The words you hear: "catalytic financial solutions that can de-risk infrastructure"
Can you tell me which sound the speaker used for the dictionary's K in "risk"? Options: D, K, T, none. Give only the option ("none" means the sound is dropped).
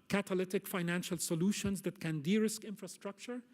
K